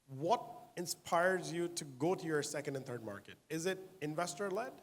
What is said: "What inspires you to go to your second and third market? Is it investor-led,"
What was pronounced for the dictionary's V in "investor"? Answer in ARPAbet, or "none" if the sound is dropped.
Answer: V